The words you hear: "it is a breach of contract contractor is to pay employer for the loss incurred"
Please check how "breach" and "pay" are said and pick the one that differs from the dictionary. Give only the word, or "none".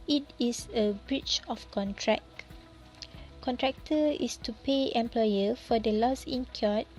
none